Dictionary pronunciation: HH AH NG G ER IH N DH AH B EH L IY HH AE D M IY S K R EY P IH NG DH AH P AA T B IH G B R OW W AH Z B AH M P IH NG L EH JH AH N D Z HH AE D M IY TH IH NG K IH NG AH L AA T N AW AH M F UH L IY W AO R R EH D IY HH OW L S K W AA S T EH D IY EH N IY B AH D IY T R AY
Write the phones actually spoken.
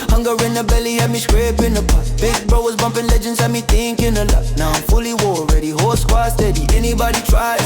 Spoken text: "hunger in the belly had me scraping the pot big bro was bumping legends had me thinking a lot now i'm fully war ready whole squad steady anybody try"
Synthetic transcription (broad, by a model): HH AH NG G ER IH N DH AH B EH L IY HH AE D M IY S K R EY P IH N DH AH B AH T B IH G B R OW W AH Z B AH M P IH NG L EH JH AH N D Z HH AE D M IY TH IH NG K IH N AH L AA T N AW AH M F UH L IY W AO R R EH D IY HH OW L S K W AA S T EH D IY EH N IY B AH D IY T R AY